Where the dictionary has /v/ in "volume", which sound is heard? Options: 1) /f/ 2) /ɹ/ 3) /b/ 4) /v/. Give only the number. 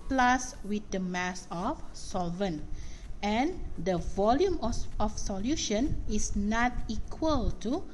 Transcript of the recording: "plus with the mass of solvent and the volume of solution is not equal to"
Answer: 4